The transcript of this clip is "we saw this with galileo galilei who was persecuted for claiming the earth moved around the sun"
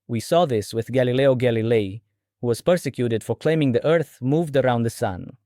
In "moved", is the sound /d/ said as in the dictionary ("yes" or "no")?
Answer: yes